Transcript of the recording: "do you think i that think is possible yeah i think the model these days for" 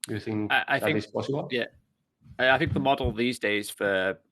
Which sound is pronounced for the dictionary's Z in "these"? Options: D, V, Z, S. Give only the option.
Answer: Z